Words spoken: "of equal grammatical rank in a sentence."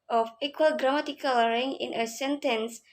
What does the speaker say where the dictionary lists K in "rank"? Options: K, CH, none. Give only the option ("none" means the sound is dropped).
none